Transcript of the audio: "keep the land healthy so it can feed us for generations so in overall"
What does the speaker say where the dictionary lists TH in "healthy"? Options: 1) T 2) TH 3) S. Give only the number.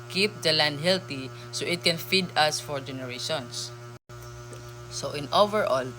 1